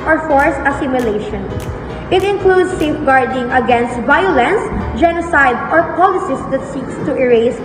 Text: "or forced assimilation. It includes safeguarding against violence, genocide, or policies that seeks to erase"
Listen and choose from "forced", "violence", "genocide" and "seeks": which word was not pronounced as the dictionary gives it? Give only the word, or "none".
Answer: forced